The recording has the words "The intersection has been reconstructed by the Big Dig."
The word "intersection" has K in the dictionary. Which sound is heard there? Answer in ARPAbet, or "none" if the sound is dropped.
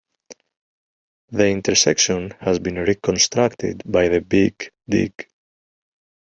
K